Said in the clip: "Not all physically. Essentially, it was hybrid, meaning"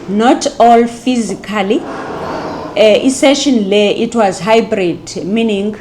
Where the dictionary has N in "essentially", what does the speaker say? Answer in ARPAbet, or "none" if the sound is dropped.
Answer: none